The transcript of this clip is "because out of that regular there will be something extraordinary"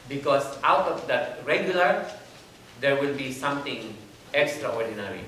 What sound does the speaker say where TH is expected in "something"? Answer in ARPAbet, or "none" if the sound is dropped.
T